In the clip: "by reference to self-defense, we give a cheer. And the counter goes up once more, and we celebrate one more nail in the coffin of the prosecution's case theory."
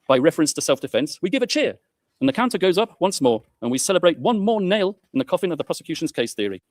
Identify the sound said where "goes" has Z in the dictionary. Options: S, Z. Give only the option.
Z